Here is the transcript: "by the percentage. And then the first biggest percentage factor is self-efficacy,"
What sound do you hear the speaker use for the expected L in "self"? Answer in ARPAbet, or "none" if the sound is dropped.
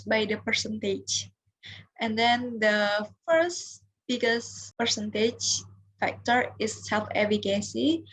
L